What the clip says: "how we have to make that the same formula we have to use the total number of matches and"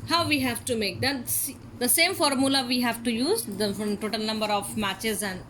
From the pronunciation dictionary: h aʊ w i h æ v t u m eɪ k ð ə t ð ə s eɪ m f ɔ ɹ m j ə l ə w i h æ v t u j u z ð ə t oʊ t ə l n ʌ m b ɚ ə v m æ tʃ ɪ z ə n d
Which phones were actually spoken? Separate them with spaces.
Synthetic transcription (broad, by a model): h aʊ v i h æ v t u m eɪ k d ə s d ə s eɪ m f ɔ ɹ m j ə l ə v i h æ v t u j u z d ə t oʊ t ə l n ʌ m b ɚ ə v m æ tʃ ɪ z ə n d